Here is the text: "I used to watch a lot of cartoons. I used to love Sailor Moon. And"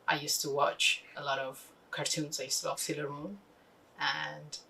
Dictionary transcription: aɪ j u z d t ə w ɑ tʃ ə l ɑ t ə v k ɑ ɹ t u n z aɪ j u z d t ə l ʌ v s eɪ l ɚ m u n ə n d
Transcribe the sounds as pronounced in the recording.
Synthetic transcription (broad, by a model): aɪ j u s t ə w ɑ tʃ ə l ɑ t ə v k ɑ ɹ t u n z aɪ j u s t ə w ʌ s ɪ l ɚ m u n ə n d